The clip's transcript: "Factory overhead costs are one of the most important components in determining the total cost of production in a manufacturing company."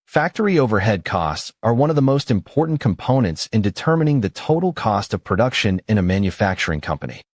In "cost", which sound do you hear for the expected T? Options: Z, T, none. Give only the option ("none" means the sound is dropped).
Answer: T